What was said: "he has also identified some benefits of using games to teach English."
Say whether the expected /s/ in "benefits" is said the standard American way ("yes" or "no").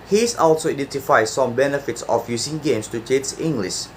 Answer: yes